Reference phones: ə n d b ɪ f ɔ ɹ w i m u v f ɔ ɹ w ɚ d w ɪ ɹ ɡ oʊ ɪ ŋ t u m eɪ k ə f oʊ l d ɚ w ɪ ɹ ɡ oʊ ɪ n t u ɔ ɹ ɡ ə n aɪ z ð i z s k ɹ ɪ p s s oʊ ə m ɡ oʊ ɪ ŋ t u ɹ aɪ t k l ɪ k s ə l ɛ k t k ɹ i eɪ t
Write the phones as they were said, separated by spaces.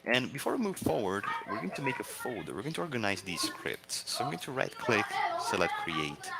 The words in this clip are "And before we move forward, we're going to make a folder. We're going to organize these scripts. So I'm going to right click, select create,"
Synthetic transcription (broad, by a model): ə n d b ɪ f ɔ ɹ w i m u v f ɔ ɹ w ɚ d w ɪ ɹ ɡ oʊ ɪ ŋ t u m eɪ k ə f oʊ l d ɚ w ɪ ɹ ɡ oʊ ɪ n t u ɔ ɹ ɡ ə n aɪ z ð i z s k ɹ ɪ p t s oʊ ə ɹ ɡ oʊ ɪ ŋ t u ɹ aɪ t k l ɪ k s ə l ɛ t k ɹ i eɪ t